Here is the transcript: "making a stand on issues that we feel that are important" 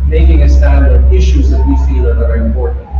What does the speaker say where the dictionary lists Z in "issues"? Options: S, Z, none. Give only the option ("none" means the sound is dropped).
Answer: Z